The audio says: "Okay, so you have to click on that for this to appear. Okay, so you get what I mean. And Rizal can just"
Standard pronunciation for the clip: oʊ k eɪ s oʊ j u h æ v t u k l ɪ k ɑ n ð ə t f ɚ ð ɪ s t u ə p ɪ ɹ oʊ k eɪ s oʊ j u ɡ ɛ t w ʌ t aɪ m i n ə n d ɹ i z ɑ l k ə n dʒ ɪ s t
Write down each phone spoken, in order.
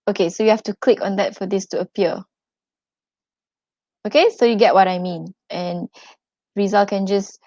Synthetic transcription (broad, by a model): oʊ k eɪ s oʊ j u h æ f t u k l ɪ k ɑ n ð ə t f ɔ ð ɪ s t u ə p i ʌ oʊ k eɪ s oʊ j u ɡ ɛ t w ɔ t aɪ m i n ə n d ɹ i z ɑ l k ə n dʒ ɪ s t